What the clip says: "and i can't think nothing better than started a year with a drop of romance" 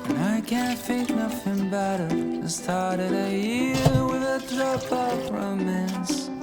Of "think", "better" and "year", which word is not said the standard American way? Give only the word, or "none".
think